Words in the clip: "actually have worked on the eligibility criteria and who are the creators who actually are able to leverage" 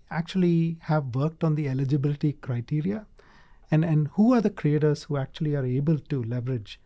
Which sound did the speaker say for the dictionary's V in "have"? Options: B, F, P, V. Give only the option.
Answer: V